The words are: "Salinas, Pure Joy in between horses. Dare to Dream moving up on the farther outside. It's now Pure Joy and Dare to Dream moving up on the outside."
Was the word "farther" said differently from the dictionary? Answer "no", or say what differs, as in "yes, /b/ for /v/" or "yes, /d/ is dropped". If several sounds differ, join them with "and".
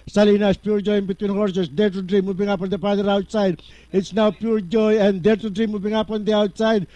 yes, /p/ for /f/